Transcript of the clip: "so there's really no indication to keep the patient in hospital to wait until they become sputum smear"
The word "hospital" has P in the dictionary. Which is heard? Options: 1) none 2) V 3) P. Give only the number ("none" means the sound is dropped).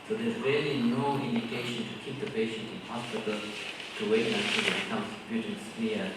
1